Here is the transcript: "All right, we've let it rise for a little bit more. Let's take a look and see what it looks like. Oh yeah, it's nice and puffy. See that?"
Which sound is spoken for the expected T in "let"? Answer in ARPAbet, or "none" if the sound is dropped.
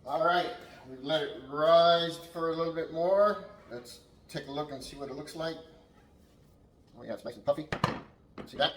none